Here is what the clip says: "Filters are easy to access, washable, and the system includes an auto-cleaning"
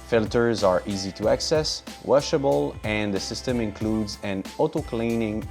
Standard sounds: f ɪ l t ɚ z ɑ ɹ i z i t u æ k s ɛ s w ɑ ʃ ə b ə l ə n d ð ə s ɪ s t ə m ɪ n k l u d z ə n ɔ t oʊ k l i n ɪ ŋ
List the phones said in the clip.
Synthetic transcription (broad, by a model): f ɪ l t ɚ z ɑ ɹ i z i t u æ k s ɛ s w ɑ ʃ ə b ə l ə n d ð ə s ɪ s t ə m ɪ n k l u d z ə n ɔ t oʊ k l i n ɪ ŋ